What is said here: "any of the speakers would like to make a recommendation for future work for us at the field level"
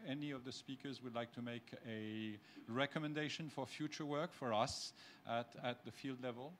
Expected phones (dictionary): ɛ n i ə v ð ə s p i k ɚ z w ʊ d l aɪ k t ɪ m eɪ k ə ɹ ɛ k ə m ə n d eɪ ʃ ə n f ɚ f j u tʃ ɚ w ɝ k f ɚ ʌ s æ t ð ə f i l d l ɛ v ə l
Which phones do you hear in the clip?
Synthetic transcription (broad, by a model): ɛ n i ə v ð ə s p i k ɚ z w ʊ d l aɪ k t ɪ m eɪ k ə ɹ ɛ k ə m ə n d eɪ ʃ ə n f ɚ f j u tʃ ɚ w ɝ k f ɚ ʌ s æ t ð ə f i l d l ɛ v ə l